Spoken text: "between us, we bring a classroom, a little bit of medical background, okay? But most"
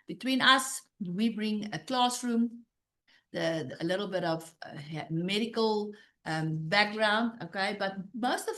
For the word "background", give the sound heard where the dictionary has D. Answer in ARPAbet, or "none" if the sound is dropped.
D